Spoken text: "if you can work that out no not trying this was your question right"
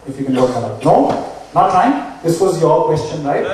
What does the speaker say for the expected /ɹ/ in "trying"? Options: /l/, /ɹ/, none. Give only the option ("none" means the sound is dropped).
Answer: none